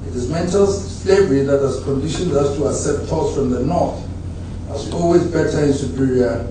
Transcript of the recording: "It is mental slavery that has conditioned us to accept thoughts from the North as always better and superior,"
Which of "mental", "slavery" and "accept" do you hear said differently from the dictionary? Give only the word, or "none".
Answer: accept